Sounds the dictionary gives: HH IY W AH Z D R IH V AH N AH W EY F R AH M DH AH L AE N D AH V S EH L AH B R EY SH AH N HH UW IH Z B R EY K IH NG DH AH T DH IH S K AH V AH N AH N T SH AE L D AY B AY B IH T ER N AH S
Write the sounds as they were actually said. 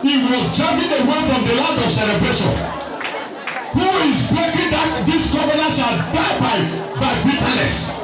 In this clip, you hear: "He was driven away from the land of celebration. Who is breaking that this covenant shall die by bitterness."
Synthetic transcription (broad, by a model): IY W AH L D R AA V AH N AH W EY F R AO M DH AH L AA D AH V S EH L AH B R EY SH AH N HH UW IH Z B EY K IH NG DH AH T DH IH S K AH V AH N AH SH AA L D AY B AY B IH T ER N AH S